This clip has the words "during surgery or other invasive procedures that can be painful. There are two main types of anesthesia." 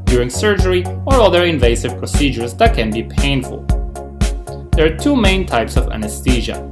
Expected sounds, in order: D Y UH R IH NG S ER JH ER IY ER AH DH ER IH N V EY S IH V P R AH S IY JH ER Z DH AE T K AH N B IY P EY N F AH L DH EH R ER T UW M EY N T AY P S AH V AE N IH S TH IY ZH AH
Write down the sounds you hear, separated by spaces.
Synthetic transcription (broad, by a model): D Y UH R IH NG S ER JH ER IY ER AH DH ER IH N V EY S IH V P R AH S IY JH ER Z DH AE T K AH N B IY P EY N F AH L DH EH R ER T UW M EY N T AY P S AH V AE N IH S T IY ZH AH